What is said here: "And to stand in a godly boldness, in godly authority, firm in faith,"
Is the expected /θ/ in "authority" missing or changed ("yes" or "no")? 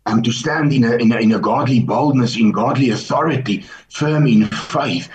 no